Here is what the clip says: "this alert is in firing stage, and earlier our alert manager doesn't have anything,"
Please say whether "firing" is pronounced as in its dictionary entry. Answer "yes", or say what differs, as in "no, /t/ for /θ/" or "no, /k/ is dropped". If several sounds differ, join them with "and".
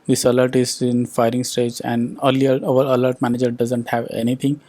yes